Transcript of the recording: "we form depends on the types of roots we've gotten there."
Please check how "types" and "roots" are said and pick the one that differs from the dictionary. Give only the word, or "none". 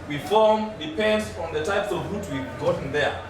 roots